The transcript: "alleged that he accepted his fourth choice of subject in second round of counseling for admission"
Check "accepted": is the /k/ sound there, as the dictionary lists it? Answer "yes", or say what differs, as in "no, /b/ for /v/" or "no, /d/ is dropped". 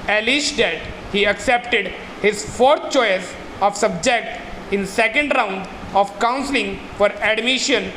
yes